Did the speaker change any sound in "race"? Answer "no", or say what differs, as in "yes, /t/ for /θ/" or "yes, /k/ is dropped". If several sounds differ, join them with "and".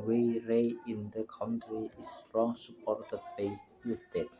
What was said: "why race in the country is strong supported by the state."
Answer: yes, /s/ is dropped